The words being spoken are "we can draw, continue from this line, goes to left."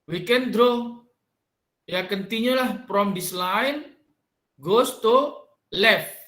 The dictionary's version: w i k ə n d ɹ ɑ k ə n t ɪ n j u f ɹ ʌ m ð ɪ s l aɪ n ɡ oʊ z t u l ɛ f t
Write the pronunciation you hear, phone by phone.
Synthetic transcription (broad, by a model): w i k ə n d ɹ ɑ k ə n t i n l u p ɹ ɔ m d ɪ s l aɪ n ɡ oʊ s t u l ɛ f